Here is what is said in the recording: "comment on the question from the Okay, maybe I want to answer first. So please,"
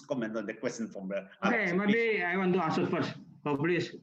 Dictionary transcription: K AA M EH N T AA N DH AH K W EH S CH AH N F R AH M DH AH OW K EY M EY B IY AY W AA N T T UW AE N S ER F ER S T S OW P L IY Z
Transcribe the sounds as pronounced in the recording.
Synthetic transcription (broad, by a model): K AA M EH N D AA N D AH K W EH S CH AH N F R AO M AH OW K EY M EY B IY AY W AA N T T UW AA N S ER F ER T S OW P L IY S